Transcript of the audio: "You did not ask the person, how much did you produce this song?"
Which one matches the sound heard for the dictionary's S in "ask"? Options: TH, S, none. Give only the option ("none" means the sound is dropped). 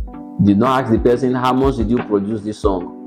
none